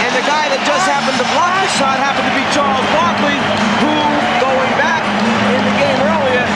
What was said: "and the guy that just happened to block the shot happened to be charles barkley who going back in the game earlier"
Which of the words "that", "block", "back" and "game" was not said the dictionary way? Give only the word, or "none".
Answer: block